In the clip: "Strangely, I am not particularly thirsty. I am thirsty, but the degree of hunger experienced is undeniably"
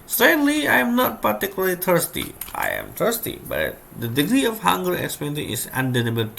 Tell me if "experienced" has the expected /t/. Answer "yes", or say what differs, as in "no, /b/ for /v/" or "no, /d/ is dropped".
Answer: no, /t/ is dropped